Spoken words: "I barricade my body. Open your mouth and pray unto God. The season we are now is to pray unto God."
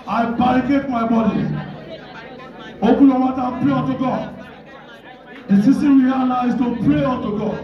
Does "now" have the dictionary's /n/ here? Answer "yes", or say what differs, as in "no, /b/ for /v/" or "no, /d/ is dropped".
no, /l/ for /n/